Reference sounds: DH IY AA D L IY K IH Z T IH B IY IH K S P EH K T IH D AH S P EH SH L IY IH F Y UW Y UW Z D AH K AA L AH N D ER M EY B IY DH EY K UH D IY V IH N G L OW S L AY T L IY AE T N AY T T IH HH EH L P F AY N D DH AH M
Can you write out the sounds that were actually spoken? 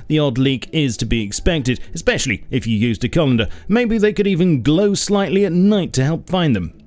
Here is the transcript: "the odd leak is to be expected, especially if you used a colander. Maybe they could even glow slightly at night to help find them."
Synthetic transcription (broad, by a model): DH IY AA D L IY K IH Z T IH B IY IH K S P EH K T IH D AH S P EH SH L IY IH F Y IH Y UW Z D AH K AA L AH N D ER M EY B IY DH EY K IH D IY V IH N G L OW S L AY T L IY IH T N AY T T IH HH EH L P F AY N DH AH M